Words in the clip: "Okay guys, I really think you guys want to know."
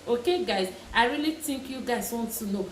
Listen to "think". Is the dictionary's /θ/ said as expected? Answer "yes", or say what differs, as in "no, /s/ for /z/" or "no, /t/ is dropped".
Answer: no, /t/ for /θ/